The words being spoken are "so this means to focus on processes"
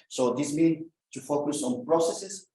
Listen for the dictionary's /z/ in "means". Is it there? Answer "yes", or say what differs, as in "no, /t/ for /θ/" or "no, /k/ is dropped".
no, /z/ is dropped